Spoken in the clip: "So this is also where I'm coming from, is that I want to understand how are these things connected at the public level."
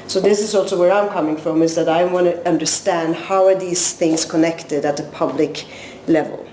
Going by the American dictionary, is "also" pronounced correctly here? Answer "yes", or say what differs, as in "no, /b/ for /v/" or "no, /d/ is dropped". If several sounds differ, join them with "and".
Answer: yes